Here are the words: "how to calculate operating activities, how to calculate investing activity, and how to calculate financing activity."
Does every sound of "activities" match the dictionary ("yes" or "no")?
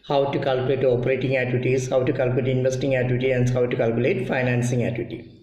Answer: no